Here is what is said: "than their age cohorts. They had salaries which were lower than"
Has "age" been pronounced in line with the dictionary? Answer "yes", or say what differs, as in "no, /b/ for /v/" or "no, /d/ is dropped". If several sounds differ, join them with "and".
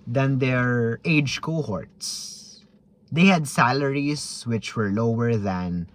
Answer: yes